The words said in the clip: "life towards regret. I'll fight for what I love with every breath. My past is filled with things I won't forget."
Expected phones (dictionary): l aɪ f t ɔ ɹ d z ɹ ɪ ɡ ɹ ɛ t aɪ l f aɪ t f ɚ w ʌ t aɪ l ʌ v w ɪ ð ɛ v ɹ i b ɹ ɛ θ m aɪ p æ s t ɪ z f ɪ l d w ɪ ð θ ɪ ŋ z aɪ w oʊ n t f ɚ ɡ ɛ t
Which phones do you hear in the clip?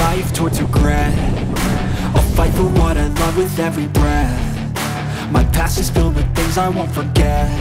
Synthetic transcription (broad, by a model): aɪ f t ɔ ɹ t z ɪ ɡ ɹ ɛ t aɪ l f aɪ t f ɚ w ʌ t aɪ l ʌ v w ɪ ð ɛ v ɹ i b ɹ ɛ θ m aɪ p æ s ɪ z f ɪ l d w ɪ ð θ ɪ ŋ z aɪ w oʊ n t f ɚ ɡ ɛ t